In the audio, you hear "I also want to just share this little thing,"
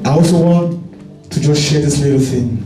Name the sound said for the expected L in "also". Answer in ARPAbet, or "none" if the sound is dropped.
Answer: none